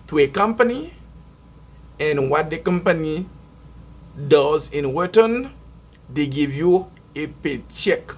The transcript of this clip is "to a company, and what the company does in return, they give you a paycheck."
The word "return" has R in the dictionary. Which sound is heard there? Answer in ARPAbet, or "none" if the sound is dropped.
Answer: W